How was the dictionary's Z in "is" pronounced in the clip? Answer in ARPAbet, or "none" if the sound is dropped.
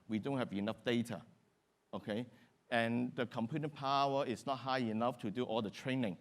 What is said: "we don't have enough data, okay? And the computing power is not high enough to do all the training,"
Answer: S